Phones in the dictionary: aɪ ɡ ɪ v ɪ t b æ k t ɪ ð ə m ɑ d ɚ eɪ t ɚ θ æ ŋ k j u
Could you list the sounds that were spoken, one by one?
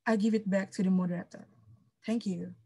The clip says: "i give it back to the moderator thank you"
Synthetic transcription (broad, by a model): aɪ ɡ ɪ v ɪ t b æ k t ɪ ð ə m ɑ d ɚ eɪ t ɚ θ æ ŋ k j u